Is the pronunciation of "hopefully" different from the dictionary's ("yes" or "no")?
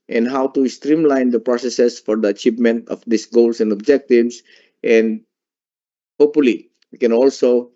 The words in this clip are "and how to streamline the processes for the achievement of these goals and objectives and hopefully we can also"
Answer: yes